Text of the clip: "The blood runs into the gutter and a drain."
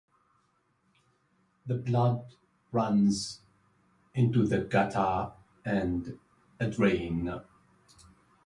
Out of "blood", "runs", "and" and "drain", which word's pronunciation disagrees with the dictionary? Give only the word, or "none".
none